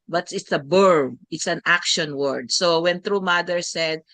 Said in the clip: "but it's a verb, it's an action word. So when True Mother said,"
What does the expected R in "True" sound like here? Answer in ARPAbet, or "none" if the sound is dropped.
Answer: R